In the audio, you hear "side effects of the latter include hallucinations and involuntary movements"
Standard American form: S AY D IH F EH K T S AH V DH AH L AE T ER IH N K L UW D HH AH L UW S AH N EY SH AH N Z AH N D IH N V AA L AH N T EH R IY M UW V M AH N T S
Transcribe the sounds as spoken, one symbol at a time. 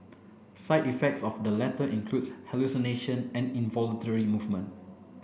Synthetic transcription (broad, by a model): S AY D IH F EH K T S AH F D AH L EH T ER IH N K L UW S HH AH L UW S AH N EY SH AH N AH N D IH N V AA L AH N T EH R IY M UW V M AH N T